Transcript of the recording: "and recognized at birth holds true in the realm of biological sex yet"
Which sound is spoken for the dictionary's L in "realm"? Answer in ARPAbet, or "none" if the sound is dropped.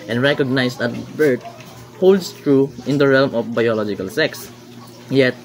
L